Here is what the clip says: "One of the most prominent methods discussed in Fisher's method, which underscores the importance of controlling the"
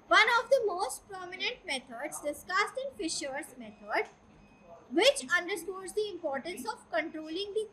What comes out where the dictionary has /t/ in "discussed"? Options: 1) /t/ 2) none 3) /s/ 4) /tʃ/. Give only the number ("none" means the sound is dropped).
1